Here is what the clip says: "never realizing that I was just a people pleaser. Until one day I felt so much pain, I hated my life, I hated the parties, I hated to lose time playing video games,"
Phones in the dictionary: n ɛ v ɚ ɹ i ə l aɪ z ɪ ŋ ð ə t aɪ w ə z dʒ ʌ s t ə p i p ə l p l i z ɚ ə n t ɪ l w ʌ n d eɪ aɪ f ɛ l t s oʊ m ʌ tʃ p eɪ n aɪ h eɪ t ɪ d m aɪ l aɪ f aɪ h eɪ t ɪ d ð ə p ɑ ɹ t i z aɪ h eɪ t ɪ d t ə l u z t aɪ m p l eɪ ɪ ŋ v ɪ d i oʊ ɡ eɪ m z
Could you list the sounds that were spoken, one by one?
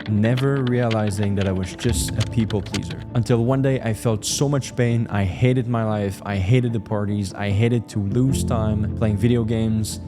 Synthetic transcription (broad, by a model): n ɛ v ɚ ɹ i ə l aɪ z ɪ ŋ ð ə t aɪ w ə z dʒ ʌ s t ə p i p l p l i z ɚ ə n t ɪ l w ʌ n d eɪ aɪ f ɛ l t s oʊ m ʌ tʃ p eɪ n aɪ h eɪ t ɪ d m aɪ l aɪ f aɪ h eɪ t ɪ d ð ə p ɑ ɹ t i z aɪ h eɪ t ɪ d t ə l u z t aɪ m p l eɪ ɪ ŋ v ɪ d i oʊ ɡ eɪ m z